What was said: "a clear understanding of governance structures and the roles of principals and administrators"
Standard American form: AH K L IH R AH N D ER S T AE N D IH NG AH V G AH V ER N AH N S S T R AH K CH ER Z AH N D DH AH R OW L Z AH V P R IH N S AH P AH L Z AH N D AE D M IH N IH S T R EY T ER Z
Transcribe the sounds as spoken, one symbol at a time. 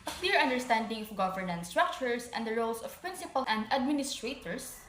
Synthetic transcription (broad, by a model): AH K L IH R AH N D ER S T AE N D IH NG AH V G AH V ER N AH N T S T R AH K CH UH S AH N D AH R OW L S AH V P R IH N S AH P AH L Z AH N D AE D M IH N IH S T R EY T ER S